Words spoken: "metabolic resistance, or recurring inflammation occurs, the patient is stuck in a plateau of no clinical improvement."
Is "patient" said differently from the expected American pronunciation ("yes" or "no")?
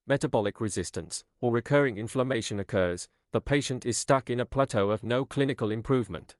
no